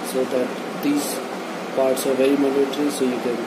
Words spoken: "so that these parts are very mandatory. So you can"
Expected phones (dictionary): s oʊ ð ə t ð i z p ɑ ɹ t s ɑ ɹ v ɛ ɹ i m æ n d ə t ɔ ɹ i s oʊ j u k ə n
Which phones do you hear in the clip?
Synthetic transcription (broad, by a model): s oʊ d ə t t i s p ɑ ɹ t s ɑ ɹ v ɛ i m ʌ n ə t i s oʊ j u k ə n